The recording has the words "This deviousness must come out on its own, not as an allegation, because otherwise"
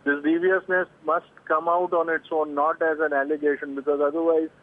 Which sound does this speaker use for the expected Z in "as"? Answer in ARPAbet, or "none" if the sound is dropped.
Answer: Z